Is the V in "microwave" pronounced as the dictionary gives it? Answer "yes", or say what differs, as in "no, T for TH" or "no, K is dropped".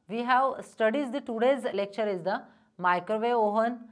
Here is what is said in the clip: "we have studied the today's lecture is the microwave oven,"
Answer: no, V is dropped